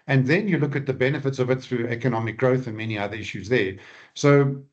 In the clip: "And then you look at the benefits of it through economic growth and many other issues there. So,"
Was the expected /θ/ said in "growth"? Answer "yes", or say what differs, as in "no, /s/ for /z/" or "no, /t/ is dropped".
yes